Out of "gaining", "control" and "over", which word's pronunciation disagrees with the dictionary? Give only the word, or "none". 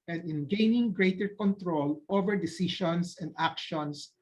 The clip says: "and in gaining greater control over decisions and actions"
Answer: none